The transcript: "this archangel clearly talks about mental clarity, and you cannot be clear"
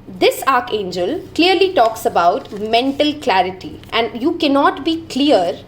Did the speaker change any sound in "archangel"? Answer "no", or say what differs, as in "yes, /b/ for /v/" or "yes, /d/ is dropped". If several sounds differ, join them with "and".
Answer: no